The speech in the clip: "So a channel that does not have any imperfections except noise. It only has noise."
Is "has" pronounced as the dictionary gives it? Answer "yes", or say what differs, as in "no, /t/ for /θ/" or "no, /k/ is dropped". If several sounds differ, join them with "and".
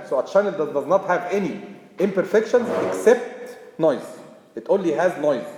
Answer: yes